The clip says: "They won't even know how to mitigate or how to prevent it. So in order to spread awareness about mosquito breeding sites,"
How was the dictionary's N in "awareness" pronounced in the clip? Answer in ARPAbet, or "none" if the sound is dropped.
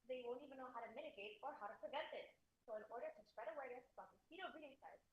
none